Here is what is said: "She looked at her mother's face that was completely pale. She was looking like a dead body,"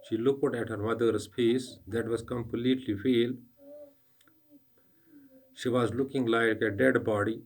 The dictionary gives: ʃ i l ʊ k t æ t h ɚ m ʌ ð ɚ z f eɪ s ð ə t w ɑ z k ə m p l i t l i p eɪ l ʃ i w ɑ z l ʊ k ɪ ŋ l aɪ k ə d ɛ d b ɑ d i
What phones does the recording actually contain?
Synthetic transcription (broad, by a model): ʃ i l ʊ k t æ t h ɚ m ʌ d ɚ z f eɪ s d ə t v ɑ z k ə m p l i t l i f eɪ l ʃ i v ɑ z l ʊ k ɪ ŋ l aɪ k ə d ɛ d b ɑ d i